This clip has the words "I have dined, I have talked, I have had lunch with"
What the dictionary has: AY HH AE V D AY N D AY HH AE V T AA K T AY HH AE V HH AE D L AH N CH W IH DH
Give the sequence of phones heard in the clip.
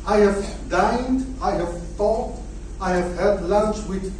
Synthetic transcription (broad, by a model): AY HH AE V D AY N D AY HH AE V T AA T AY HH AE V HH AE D L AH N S W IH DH